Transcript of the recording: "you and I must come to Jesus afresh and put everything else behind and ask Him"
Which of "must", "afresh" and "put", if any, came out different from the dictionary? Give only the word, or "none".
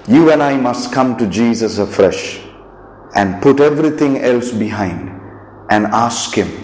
none